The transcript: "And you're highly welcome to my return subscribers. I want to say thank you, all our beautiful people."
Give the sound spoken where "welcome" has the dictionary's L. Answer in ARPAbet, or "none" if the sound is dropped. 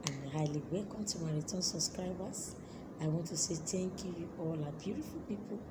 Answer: L